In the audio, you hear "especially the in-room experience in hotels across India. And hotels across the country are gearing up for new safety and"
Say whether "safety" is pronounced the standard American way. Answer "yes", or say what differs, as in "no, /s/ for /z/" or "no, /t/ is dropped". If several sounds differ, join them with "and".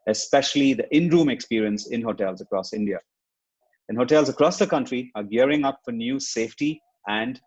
yes